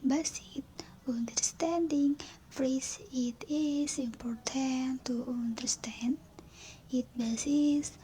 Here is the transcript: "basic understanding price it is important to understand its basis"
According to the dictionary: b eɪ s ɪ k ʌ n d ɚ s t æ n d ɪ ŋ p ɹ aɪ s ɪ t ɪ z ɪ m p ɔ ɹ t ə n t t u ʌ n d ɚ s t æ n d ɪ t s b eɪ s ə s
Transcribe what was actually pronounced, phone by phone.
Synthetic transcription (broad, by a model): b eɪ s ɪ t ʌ n d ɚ s t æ n d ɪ ŋ f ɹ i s ɪ t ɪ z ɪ m p ɔ ɹ t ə n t t u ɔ n d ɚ s t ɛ n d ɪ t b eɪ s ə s